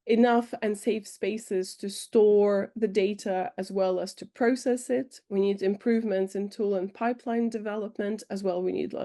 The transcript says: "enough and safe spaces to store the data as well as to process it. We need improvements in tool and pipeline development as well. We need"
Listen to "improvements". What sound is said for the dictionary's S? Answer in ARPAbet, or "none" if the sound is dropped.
S